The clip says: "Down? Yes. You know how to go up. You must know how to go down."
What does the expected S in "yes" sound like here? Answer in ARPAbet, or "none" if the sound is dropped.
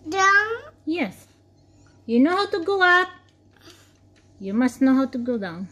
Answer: S